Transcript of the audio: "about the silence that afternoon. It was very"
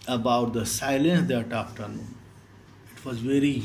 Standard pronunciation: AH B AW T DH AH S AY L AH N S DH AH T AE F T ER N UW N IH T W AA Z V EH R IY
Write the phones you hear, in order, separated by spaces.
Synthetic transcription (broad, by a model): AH B AW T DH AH S AY L AH N S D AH T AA P T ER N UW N IH T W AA Z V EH R IY